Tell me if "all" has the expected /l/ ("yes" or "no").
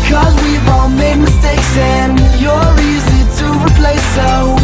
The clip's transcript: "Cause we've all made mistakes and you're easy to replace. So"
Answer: no